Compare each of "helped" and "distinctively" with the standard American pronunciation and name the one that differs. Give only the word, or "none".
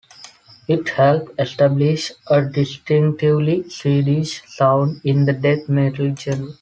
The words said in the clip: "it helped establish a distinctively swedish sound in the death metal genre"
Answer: helped